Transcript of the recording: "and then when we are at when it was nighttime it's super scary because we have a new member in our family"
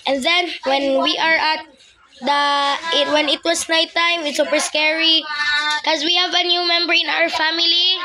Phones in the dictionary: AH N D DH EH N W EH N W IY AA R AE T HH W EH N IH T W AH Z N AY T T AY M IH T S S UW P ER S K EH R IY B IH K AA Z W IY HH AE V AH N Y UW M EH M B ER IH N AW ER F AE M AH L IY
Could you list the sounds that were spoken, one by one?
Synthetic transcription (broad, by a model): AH N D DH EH N W EH N W IY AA R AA T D W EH N IH T W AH S N AY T T AY M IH T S S UW P ER S K EH R IY K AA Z W IY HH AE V AH N Y UW M EH M B ER IH N AW ER F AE M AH L IY